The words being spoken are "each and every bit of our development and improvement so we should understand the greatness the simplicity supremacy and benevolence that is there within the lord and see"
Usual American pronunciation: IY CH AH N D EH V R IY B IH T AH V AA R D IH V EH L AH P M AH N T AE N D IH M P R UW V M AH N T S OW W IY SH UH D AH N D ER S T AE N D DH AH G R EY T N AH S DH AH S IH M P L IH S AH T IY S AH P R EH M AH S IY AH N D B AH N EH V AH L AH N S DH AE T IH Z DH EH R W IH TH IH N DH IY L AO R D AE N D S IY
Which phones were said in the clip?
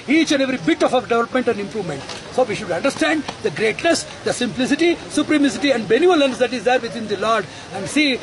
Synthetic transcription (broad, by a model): IY CH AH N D EH V R IY B IH T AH F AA R D IH V EH L AH P M AH N T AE N D IH M P R UW V M AH N T S OW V IY SH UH D AH N D ER S T AE N D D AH G R EY T N AH S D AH S IH M P L IH S AH T IY S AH P R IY M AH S IY AH N D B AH N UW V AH L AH N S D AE T IH Z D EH R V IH T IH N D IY L AO R D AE N D S IY